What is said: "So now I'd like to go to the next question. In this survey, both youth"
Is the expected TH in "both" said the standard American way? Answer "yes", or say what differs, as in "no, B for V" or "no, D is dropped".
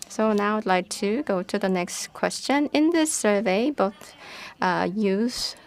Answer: yes